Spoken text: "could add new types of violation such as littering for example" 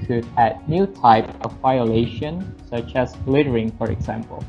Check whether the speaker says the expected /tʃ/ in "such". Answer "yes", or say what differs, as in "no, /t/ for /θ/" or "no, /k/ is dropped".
yes